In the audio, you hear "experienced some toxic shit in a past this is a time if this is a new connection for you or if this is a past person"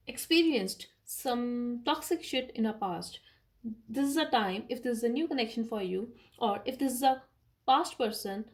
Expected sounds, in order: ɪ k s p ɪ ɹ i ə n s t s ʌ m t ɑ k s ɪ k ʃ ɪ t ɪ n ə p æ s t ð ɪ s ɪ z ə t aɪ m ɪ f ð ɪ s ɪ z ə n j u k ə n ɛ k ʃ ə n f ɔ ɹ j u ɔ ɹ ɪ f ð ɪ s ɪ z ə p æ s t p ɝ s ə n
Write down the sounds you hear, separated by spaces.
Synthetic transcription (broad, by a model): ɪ k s p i ɹ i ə n s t s ʌ m t ɑ k s ɪ k ʃ ɪ t ɪ n ə p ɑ s t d ɪ s ɪ z ə t aɪ m ɪ f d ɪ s ɪ z ə n j u k ə n ɛ k ʃ ə n f ɔ ɹ j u ɔ ɹ ɪ f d ɪ s ɪ z ə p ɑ s t p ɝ s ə n